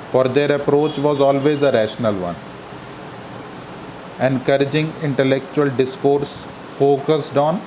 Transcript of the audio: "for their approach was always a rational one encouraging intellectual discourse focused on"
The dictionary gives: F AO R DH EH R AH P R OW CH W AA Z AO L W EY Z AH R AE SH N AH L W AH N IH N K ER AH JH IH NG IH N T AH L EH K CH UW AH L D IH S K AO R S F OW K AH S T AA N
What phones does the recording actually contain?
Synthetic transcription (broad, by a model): F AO R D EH R AH P R OW CH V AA Z AO L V EY Z AH R AE SH N AH L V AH N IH N K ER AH JH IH NG IH N T AH L EH K CH UW AH L D IH S K AO R S F OW K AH S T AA N